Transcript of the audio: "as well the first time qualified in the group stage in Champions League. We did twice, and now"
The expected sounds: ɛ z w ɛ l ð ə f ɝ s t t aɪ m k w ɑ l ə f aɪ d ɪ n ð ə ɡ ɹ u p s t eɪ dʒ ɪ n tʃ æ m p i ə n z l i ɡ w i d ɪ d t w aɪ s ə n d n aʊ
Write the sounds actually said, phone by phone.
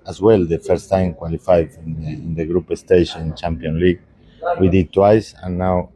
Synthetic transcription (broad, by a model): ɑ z w ɛ l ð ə f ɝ s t t aɪ m k w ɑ l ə f aɪ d ɪ n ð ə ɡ ɹ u p s t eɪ ʃ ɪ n tʃ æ m p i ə n l i ɡ w i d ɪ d t w aɪ s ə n n aʊ